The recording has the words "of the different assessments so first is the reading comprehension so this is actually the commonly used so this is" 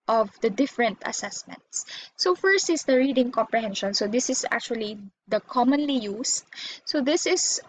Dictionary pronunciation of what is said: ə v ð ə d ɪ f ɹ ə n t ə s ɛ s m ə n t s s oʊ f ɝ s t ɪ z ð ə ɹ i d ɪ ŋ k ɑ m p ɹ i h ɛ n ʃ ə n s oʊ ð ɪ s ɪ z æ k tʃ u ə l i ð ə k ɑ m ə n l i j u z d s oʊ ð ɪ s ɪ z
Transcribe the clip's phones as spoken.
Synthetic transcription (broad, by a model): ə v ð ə d ɪ f ɹ ə n t ə s ɛ s m ə n t s s oʊ f ɝ s t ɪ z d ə ɹ i d ɪ ŋ k ɑ m p ɹ i h ɛ n ʃ ə n s oʊ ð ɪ s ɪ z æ k tʃ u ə l i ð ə k ɑ m ə n l i j u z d s oʊ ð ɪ s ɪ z